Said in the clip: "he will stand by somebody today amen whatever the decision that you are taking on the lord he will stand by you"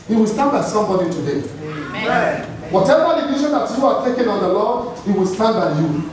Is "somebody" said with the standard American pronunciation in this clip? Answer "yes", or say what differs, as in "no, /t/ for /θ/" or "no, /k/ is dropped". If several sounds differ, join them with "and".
yes